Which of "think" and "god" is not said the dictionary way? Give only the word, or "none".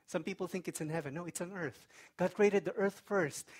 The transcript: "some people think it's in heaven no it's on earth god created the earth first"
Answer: none